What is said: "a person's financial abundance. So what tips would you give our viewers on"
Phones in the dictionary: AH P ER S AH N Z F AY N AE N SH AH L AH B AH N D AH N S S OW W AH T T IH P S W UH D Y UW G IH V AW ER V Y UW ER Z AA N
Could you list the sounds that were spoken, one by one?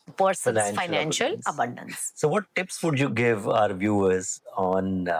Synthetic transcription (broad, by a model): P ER S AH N F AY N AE N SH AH L AH B AH N D AH N S S OW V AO T T IH P S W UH D Y UW G IH V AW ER V Y UW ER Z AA N